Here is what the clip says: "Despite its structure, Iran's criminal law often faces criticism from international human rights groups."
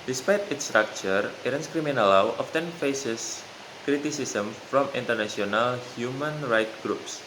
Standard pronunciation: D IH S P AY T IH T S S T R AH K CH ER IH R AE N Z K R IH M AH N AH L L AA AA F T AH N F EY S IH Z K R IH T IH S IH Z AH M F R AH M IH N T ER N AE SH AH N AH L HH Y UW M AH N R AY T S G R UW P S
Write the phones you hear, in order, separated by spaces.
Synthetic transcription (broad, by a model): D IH S P AY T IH T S S T R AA K CH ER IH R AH N S K R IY M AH N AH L L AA AA F T AH N F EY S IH S K R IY T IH S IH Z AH M F R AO M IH N T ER N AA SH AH N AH L HH Y UW M AH N R AY T G R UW P S